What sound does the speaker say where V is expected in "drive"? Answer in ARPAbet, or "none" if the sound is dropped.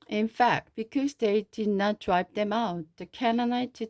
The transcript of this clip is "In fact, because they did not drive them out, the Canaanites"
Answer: P